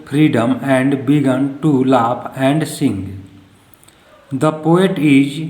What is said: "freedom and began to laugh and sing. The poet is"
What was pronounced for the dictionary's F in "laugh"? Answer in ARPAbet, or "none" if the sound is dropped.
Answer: P